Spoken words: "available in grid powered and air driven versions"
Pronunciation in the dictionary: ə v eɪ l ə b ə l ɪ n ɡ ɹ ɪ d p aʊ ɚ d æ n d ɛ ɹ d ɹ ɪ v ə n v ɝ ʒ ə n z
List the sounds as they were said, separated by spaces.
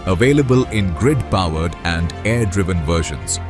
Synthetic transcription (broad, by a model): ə v eɪ l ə b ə l ɪ n ɡ ɹ ɪ d p aʊ ɚ d æ n d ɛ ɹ d ɹ ɪ v ə n v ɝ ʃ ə n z